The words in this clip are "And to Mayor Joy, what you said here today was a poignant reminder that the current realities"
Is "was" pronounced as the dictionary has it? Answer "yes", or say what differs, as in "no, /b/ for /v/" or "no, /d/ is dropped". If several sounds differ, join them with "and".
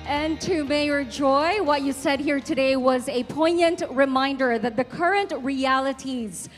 yes